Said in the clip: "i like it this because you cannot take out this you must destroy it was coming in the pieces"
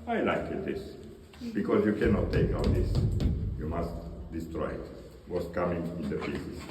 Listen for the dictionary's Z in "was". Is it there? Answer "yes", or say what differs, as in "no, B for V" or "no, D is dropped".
no, S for Z